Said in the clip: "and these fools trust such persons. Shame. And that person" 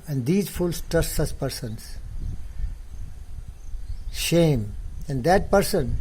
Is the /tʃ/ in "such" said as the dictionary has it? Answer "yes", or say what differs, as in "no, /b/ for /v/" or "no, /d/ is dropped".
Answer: no, /s/ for /tʃ/